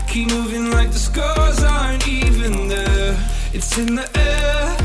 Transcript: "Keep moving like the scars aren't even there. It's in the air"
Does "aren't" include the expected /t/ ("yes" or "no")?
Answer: no